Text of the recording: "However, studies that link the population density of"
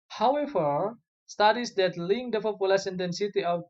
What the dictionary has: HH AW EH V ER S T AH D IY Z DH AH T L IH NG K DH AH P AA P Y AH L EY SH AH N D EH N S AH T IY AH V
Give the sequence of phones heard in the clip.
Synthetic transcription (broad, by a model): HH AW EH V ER S T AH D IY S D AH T L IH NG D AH F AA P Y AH L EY S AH N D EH N S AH T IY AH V